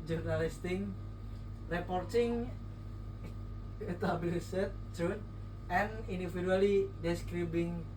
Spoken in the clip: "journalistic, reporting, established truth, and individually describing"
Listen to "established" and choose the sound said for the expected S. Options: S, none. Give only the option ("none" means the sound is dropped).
none